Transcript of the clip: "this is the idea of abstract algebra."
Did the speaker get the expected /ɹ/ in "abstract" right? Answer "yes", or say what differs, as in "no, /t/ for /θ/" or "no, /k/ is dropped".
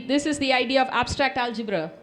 yes